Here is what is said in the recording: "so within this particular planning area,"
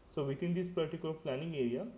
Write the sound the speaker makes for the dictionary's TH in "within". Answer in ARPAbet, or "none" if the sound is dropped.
T